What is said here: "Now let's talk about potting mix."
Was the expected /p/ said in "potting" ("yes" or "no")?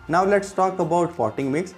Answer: no